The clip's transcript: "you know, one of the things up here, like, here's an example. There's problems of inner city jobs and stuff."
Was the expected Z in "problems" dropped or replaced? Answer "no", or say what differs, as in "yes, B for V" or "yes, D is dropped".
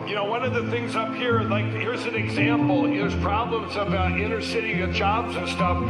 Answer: no